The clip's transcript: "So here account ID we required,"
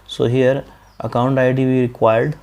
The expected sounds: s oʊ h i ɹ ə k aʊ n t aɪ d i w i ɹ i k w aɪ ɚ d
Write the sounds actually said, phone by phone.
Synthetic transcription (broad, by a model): s oʊ h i ɹ ə k aʊ n t aɪ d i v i ɹ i k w aɪ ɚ d